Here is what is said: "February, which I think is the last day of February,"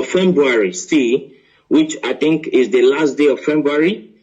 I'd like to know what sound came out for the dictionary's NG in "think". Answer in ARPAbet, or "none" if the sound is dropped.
NG